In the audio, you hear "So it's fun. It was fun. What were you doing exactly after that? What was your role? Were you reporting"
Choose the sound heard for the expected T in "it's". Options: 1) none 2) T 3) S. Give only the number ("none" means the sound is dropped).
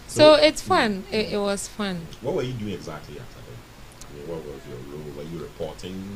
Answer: 2